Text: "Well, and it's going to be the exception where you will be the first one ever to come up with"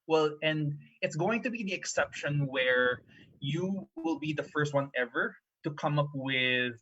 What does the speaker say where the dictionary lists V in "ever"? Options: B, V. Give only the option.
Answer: V